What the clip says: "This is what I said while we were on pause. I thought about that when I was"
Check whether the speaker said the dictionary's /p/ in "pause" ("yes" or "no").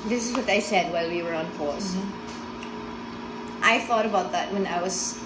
no